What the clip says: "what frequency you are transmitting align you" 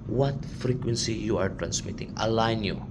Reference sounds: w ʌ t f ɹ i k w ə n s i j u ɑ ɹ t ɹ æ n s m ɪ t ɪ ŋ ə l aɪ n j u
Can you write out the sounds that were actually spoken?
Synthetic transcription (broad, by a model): w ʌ t f ɹ i k w ə n s i j u ɑ ɹ t ɹ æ n s m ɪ t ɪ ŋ ə l aɪ n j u